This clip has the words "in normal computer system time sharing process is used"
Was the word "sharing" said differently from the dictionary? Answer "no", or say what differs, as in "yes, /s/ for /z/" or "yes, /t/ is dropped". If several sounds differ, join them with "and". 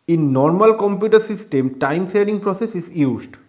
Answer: yes, /s/ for /ʃ/